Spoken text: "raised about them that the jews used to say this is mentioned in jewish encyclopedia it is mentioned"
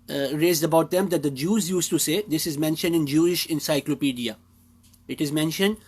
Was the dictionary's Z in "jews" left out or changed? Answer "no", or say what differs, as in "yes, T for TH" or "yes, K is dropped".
no